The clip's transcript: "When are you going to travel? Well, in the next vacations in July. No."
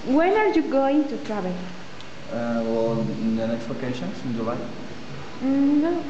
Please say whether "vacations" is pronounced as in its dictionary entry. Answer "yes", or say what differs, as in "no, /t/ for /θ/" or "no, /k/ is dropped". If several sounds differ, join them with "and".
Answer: no, /p/ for /v/